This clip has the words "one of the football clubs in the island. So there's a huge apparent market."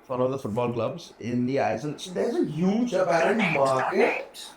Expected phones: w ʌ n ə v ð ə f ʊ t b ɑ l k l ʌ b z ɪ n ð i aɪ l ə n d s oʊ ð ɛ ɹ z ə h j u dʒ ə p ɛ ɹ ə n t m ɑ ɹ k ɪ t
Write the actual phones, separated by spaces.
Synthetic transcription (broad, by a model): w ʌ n ə v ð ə f ʊ t b ɑ l k l ʌ b z ɪ n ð i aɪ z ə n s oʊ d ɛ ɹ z ə h j u dʒ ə p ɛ ɹ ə n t m ɑ ɹ k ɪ t